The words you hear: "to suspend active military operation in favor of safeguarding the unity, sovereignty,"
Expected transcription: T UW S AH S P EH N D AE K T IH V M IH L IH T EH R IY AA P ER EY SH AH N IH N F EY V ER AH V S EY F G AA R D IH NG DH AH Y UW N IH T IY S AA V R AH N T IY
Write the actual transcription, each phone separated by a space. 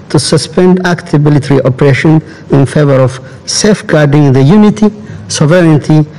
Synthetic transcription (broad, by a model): T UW S AH S P EH N D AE K T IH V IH L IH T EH R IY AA P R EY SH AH N IH N F EY V ER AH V S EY F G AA R D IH NG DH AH Y UW N IH T IY S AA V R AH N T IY